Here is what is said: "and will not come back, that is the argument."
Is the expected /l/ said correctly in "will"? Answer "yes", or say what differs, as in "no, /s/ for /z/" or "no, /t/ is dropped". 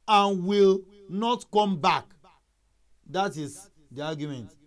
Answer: yes